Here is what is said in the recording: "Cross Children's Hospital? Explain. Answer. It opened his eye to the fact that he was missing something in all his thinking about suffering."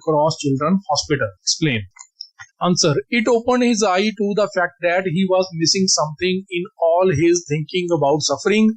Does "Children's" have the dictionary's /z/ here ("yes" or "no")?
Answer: no